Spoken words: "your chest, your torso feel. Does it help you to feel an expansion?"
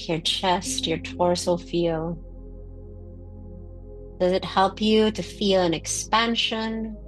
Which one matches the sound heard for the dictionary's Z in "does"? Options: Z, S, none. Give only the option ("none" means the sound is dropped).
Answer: Z